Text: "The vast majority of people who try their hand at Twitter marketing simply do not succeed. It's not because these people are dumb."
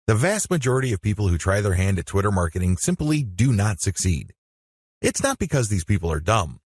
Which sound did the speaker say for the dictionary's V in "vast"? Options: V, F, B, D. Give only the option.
V